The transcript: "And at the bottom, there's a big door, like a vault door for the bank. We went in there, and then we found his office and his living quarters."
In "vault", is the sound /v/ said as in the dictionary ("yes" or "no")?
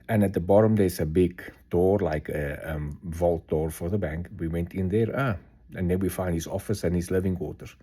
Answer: yes